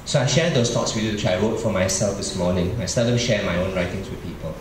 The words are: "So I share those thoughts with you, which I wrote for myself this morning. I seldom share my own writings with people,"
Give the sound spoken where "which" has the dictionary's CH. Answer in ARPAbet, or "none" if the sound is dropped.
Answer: none